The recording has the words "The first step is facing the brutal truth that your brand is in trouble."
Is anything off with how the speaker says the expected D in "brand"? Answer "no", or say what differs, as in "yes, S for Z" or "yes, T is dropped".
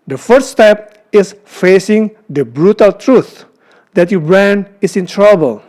yes, D is dropped